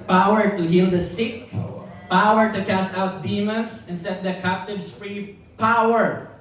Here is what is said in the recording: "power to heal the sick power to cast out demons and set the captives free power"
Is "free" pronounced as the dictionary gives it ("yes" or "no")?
yes